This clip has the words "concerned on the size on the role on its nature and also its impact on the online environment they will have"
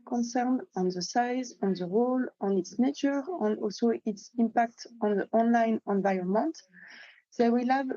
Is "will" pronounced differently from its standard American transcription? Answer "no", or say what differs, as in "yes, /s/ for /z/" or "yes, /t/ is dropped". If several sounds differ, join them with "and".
no